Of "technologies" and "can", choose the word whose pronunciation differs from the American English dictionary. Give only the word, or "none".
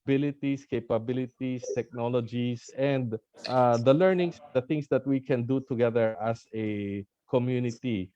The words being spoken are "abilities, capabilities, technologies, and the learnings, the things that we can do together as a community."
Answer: technologies